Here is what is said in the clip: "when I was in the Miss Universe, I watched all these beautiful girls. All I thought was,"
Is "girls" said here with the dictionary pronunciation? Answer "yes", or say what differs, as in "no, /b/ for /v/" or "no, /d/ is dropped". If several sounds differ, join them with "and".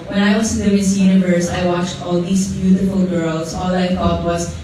no, /s/ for /z/